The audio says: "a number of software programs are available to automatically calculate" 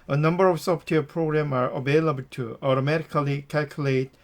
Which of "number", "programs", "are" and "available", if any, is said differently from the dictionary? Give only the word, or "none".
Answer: programs